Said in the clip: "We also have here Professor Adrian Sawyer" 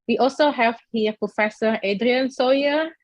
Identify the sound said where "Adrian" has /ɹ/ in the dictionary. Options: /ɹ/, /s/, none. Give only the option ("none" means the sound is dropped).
/ɹ/